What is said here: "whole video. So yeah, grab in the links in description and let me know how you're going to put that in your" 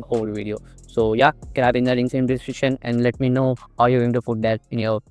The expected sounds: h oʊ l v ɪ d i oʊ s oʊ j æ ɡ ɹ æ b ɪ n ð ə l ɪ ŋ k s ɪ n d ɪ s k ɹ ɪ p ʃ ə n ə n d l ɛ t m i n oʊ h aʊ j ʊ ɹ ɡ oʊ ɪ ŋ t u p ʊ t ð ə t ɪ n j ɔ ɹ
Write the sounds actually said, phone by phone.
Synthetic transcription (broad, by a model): oʊ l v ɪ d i oʊ s oʊ j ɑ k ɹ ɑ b ɪ n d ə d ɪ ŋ s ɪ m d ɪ s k ɹ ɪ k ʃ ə n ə n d l ɛ t m i n oʊ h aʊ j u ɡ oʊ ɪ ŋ t u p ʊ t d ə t ɪ n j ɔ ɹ